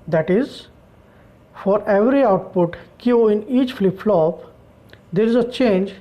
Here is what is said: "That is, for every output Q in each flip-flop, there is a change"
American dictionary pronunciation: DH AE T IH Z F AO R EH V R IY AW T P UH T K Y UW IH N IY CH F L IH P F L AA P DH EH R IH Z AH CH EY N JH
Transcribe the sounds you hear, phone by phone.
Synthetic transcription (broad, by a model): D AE T IH Z F AO R EH V R IY AW T P UH T K Y UW IH N IY CH F L IH P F L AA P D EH R IH Z AH CH EY N JH